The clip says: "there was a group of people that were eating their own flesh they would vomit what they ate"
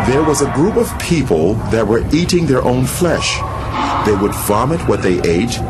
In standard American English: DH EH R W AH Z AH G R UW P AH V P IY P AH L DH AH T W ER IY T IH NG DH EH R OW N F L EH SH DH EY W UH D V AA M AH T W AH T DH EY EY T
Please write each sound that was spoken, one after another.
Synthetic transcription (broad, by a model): DH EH R W AH Z AH G R UW P AH V P IY P AH L DH AH T W ER IY T IH NG DH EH R OW N F L EH SH DH EY W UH D V AA M AH T W AH T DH EY EY T